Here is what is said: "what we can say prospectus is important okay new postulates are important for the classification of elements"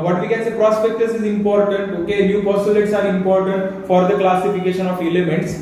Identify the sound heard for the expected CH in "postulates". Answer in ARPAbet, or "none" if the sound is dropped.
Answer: none